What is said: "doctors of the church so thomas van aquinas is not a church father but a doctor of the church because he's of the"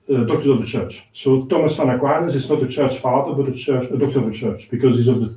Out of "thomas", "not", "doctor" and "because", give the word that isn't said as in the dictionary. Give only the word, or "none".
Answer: none